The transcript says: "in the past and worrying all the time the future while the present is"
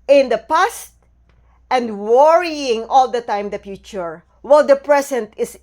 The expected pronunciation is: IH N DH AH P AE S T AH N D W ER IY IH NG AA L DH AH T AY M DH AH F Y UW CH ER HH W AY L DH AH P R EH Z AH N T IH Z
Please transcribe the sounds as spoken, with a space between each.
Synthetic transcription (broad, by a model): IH N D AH P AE S T AH N D W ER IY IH NG AA L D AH T AY M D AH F Y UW CH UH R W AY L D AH P R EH S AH N T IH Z